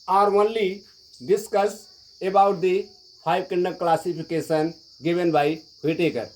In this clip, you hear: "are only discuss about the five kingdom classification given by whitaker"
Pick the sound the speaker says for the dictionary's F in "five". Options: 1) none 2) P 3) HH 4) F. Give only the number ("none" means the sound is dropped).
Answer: 2